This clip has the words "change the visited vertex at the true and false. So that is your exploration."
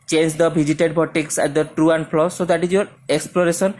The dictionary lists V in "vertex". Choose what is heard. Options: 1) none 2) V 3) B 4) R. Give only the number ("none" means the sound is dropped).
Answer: 3